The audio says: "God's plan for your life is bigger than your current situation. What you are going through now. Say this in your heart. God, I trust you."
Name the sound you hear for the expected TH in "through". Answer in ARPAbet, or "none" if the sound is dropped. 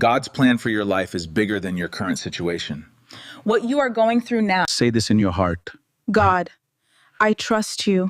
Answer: TH